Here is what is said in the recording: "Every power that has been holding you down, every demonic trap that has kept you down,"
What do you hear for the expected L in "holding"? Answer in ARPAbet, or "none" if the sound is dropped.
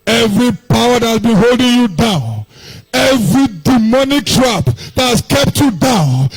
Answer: L